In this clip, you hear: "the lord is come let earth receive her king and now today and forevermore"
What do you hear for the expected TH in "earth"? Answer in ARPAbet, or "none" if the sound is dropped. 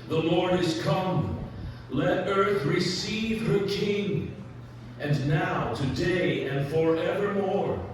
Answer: TH